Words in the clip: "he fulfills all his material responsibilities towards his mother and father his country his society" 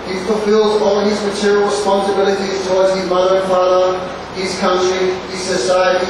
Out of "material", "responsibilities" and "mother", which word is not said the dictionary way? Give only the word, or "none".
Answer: none